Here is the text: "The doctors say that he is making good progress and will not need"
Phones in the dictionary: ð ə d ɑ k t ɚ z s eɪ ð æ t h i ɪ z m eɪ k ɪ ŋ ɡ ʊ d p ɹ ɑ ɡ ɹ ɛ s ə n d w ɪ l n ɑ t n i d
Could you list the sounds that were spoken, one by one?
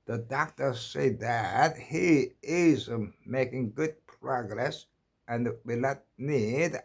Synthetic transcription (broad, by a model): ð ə d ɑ k t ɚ s eɪ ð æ t h i ɪ z m eɪ k ɪ ŋ ɡ ʊ d p ɹ ɑ ɡ ɹ ɛ s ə n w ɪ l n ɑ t n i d